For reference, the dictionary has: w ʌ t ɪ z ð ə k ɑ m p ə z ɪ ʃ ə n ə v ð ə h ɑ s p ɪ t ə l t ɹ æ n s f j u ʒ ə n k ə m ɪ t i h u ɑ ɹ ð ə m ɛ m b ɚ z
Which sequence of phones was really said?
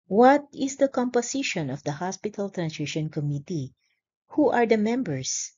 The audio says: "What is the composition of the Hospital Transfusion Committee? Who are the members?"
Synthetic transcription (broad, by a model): w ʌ t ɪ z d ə k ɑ m p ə s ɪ ʃ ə n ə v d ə h ɑ s p ɪ t ə l t ɹ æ n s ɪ ʃ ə n k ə m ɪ t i h u ɑ ɹ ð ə m ɛ m b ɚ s